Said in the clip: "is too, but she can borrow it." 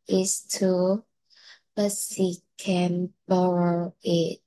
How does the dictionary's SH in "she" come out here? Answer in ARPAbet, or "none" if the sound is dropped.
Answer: S